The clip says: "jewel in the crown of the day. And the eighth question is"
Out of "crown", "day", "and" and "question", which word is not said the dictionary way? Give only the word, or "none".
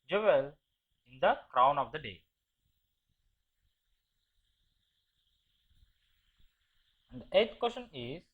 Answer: none